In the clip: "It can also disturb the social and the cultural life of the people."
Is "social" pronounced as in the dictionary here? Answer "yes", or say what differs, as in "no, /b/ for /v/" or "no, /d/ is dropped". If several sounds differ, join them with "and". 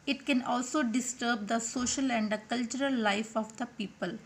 yes